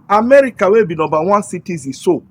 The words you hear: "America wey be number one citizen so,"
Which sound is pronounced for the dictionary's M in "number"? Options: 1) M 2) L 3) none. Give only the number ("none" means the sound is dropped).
3